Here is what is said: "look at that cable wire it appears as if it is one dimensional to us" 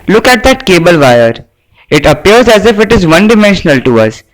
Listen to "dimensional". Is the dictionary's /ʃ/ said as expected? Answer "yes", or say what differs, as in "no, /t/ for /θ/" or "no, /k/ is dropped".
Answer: yes